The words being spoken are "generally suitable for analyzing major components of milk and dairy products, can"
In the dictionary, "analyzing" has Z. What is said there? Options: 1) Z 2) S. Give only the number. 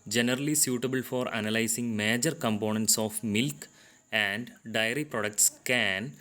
2